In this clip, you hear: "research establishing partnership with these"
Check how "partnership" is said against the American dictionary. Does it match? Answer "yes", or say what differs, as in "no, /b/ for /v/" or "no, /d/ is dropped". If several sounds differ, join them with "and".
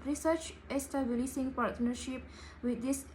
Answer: yes